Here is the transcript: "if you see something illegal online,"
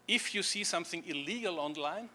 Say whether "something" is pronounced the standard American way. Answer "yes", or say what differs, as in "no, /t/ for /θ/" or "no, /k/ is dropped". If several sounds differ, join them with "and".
yes